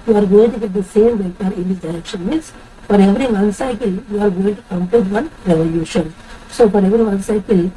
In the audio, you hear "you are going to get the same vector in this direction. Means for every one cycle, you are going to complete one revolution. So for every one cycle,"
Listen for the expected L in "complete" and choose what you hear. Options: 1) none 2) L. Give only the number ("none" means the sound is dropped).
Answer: 1